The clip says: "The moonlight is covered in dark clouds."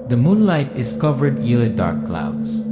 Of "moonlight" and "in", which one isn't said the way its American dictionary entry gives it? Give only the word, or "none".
in